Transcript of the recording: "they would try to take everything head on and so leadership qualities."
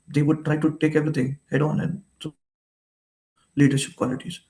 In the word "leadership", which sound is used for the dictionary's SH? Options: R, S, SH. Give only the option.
SH